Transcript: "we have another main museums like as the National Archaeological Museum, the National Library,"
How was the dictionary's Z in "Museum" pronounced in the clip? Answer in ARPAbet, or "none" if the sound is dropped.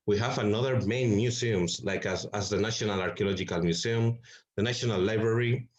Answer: S